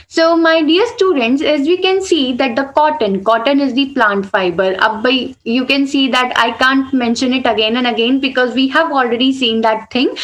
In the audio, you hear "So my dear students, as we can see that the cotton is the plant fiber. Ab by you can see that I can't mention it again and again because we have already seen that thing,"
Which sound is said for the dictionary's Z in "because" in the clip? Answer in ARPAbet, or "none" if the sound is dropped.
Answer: Z